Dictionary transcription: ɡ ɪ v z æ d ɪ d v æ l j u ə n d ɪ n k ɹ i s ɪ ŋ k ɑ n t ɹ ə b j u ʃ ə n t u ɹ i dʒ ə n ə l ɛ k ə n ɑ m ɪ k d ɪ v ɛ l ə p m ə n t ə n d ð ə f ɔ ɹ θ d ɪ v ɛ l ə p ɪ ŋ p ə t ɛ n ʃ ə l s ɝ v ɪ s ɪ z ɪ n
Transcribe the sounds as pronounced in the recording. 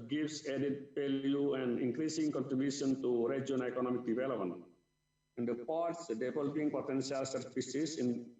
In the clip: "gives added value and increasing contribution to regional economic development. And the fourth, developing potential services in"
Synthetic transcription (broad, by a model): ɡ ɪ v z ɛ d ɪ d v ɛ l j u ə n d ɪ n k ɹ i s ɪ ŋ k ɑ n t ɹ ə b j u ʃ ə n t u ɹ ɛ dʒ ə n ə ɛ k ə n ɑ m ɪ k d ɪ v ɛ l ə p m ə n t ə n d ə p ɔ ɹ s d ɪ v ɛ l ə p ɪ ŋ p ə t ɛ n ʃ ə l s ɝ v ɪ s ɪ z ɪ n